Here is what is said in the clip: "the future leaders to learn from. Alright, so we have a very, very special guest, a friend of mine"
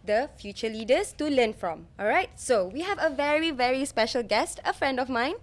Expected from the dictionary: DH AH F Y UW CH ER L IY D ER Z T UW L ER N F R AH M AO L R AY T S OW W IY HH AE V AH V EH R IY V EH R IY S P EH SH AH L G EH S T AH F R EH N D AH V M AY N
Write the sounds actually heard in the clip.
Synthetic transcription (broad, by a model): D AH F Y UW CH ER L IY D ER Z T UW L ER N F R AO M AO L R AY T S OW W IY HH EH V AH V EH R IY V EH R IY S P EH SH AH L G EH S T AH F R EH N D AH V M AY N